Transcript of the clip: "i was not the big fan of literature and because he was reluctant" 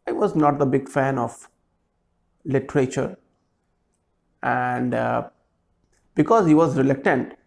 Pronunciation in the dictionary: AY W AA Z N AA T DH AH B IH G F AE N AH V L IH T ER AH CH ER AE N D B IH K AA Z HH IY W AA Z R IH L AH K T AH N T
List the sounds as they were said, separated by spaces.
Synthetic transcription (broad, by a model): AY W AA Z N AA T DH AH B IH G F AE N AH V L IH T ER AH CH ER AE N D B IH K AA Z HH IY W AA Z R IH L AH K T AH N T